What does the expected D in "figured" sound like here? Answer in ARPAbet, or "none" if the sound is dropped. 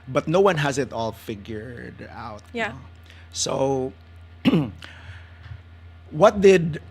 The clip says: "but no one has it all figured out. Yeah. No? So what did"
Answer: D